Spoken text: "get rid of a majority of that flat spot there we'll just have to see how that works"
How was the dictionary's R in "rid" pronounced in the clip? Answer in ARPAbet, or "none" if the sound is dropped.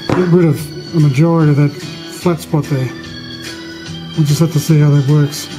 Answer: W